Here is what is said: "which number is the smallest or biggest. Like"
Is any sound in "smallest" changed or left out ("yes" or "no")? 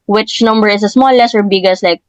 yes